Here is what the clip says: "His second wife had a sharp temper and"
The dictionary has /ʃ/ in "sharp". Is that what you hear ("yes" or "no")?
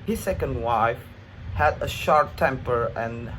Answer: yes